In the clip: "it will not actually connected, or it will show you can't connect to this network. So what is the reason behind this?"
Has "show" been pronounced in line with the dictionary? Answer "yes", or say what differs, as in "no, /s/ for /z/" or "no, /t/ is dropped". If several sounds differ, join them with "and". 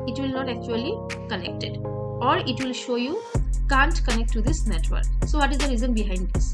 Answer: yes